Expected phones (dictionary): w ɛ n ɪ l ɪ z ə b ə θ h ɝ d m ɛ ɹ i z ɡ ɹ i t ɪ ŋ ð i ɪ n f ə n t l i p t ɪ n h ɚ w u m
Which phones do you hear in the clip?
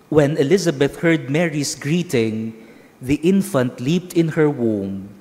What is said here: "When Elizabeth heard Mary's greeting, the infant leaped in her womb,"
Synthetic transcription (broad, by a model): w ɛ n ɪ l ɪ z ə b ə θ h ɝ d m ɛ ɹ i s ɡ ɹ i t ɪ ŋ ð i ɪ n f ə n t l i p t ɪ n h ɚ w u m